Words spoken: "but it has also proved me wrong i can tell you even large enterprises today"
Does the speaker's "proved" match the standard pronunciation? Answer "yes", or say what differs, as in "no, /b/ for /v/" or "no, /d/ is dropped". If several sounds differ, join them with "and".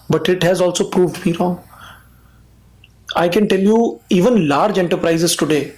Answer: yes